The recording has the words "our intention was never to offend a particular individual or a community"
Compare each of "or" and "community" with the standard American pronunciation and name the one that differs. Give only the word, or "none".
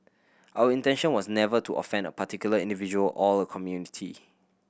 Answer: or